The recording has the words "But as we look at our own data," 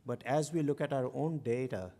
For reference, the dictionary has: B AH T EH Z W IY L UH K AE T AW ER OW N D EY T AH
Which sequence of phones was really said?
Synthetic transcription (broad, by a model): B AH T EH Z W IY L UH K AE T AW ER OW N D EY T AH